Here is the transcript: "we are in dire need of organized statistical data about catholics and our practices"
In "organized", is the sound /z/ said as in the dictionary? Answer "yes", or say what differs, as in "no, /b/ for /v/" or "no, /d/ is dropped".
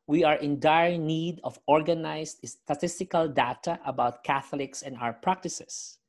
no, /s/ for /z/